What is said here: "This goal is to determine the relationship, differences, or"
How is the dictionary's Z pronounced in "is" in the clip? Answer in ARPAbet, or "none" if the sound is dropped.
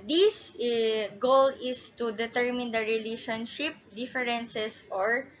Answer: S